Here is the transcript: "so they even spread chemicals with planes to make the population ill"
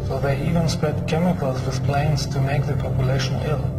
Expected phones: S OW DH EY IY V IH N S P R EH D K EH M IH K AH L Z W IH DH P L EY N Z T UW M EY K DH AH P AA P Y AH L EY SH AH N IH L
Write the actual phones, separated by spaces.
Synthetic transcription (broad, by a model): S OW DH EY IY V IH N S P R EH D K EH M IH K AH L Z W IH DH P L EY N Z T UW M EY K DH AH P AA P Y AH L EY SH AH N IH L